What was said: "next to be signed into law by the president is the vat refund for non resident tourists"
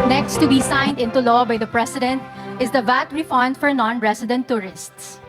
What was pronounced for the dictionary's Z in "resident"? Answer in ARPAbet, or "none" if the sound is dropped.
S